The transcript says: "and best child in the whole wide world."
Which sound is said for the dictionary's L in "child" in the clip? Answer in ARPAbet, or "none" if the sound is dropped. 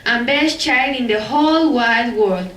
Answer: none